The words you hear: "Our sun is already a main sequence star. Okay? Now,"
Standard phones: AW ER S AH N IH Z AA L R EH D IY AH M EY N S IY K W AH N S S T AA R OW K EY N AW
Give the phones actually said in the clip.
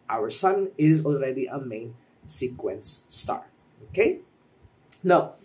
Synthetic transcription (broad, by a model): AW ER S AH N IH Z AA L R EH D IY AH M EY N S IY K W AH N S S T AA R OW K EY N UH